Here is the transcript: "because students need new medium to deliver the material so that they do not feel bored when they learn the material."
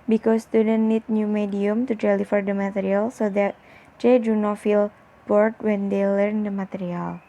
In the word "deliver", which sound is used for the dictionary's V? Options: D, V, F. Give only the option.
F